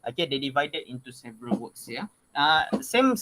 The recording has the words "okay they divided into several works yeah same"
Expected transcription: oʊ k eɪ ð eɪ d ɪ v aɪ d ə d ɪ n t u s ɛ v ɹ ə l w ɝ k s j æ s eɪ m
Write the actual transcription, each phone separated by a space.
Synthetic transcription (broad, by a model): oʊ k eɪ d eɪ d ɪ v aɪ d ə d ɪ n t u s ɛ v ɹ ə l w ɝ k s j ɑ s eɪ m